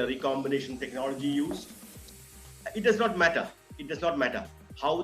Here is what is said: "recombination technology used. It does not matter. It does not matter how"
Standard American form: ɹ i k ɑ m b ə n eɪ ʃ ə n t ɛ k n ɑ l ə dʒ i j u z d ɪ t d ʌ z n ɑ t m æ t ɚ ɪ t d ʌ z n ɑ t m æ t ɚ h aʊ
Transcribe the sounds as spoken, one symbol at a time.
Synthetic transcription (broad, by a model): ɹ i k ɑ m b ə n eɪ ʃ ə n t ɛ k n ɑ l ə dʒ i j u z ɪ t d ʌ z n ɑ t m æ t ɚ ɪ t d ʌ z n ɑ t m æ t ɚ h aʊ